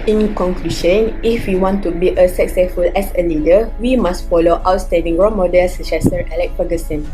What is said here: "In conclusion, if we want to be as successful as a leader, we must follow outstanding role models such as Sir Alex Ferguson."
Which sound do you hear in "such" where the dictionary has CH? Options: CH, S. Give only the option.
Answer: S